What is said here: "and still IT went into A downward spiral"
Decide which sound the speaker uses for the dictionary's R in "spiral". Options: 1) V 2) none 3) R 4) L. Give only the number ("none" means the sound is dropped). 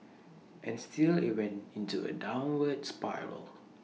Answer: 3